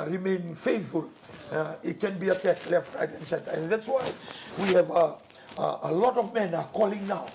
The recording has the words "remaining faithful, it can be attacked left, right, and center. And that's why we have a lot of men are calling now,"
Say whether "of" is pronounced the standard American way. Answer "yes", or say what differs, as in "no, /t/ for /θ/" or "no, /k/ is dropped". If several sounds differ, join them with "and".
yes